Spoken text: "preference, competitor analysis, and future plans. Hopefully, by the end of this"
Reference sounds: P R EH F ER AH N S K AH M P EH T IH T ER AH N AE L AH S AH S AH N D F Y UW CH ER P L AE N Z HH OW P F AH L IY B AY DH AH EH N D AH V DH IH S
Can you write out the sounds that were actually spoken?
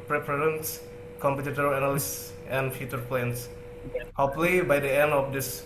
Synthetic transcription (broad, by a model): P R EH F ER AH N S K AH M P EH T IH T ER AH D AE N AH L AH S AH N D F Y UW CH ER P L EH N S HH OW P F L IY B AY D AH EH N D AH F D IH S